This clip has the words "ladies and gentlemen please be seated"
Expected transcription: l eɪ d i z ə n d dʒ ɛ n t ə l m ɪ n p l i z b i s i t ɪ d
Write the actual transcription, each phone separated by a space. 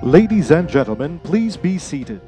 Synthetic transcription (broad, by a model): l eɪ d i z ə n dʒ ɛ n t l m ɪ n p l i z b i s i t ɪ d